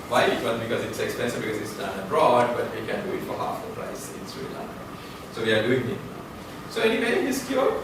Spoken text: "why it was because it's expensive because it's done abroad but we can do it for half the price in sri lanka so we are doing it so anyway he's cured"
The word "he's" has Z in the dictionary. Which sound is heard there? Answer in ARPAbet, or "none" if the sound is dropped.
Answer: S